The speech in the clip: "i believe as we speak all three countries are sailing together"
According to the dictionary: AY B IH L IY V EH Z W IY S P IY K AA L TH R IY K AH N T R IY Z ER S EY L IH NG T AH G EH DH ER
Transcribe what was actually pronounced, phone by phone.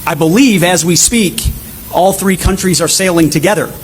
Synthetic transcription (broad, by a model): AY B IH L IY V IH Z W IY S P IY K AA L TH R IY K AH N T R IY Z ER S EY L IH NG T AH G EH DH ER